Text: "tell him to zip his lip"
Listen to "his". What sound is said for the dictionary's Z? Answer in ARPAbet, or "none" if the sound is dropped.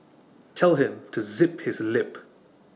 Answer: Z